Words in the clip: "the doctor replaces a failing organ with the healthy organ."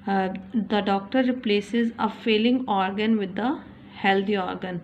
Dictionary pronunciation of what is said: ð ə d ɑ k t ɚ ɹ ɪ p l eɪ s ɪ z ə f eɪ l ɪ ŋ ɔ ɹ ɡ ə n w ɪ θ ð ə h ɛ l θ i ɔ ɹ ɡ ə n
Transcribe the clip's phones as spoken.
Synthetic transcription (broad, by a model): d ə d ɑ k t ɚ ɹ ɪ p l eɪ s ɪ z ə f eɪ l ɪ ŋ ɔ ɹ ɡ ə n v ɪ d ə h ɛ l t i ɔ ɹ ɡ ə n